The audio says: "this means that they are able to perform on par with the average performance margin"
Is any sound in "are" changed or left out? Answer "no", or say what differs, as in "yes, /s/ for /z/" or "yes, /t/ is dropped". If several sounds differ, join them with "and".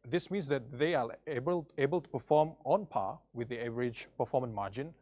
yes, /l/ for /ɹ/